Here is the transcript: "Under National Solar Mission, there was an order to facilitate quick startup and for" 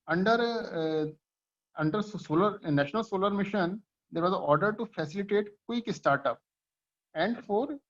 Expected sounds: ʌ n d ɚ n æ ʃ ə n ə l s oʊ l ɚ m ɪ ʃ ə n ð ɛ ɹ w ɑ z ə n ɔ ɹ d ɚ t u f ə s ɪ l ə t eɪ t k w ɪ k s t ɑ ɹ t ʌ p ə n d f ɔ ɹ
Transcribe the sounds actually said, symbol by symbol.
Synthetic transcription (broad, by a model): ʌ n d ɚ n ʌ s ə n ə l s oʊ l ɚ m ɪ ʃ ə n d ɛ ɹ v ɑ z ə ɔ ɹ d ɚ t u f ə s ɪ l ə t eɪ t k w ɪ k s t ɑ ɹ t ʌ p ə n d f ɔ ɹ